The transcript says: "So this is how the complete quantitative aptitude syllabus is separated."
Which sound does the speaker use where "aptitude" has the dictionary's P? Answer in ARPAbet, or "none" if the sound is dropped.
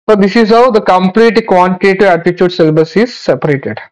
none